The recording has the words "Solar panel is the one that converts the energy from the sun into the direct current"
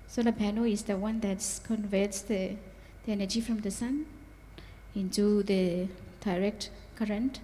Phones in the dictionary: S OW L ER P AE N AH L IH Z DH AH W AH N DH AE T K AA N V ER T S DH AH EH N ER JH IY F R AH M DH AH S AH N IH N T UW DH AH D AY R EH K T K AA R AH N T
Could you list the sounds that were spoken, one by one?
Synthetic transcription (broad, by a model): S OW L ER B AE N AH IH Z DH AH W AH N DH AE T K AA N V ER T S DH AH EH N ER JH IY F R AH M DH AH S AH N IH N T UW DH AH D AY R EH K T K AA R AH N T